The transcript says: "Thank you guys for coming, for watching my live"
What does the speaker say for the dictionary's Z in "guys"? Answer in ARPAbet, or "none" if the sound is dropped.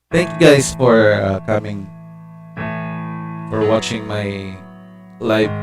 S